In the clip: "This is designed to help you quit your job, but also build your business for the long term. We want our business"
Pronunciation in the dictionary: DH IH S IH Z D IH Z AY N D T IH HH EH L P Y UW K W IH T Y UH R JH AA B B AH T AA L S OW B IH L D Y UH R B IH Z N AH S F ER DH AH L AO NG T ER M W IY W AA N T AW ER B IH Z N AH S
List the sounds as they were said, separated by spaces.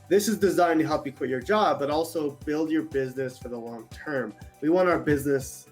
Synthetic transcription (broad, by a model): DH IH S IH Z D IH Z AY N T IH HH EH L P Y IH K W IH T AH R JH AA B B AH T AA L S OW B IH L D Y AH R B IH Z N AH S F ER DH AH L AO NG T ER M W IY W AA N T AW ER B IH Z N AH S